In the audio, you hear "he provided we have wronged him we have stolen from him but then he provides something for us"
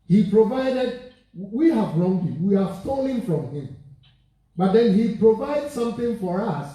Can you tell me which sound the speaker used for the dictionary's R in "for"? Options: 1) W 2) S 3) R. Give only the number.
3